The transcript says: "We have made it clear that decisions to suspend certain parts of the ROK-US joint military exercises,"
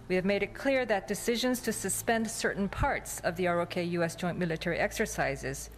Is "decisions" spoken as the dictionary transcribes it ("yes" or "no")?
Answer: yes